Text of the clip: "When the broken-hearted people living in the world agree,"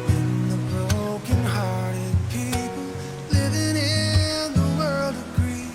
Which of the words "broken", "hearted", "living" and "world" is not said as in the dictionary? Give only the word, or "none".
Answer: none